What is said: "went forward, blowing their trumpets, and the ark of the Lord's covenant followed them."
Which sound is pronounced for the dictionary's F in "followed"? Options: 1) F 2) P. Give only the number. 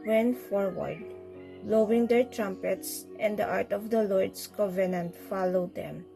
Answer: 1